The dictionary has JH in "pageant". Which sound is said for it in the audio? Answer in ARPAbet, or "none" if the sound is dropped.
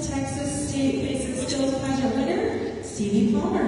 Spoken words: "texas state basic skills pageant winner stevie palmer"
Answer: none